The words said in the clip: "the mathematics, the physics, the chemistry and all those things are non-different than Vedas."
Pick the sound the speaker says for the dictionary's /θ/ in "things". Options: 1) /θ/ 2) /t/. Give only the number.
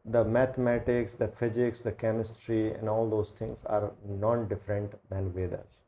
2